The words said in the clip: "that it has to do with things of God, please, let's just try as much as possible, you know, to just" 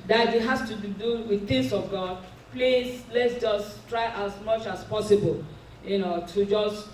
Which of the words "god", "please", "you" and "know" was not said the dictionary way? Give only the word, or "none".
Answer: please